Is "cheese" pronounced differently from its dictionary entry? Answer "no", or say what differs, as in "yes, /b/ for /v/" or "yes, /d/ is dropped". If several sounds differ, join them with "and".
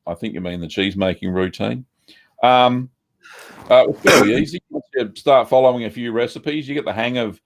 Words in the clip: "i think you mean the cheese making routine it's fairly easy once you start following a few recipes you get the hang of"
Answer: no